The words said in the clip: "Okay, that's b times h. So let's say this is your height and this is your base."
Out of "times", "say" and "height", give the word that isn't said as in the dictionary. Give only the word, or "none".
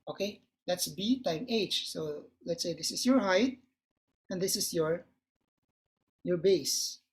times